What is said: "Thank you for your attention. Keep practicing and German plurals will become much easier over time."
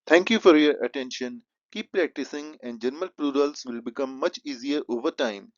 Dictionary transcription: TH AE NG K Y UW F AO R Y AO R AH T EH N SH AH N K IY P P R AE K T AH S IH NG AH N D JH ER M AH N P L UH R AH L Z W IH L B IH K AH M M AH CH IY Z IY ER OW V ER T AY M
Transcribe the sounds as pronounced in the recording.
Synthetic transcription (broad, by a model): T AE NG K Y UW F AO R Y AO R AH T EH N SH AH N K IY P P R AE K T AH S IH NG AH N D JH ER M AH L P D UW R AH L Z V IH L B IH K AH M M AH CH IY Z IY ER OW V ER T AY M